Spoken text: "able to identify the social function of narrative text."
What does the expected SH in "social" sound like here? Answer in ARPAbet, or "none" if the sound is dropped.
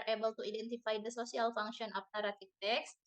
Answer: S